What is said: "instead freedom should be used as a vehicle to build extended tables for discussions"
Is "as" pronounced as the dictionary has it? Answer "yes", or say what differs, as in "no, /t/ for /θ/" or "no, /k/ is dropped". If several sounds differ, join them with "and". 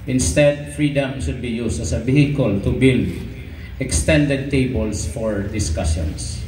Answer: no, /s/ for /z/